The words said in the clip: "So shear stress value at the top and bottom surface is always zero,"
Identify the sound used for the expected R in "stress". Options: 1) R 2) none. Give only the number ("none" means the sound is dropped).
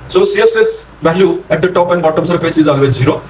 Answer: 2